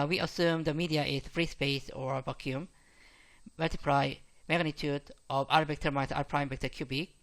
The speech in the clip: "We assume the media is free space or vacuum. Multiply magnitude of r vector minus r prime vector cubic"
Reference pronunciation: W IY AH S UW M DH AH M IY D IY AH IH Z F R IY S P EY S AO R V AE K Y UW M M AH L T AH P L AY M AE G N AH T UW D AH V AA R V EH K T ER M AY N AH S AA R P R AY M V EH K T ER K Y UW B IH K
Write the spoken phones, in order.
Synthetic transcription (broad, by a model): W IY AH S UW M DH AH M IY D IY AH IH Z F R IY S P EY S AO R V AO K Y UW M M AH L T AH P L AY M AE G N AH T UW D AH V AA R B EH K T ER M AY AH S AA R P R AY M B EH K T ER K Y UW B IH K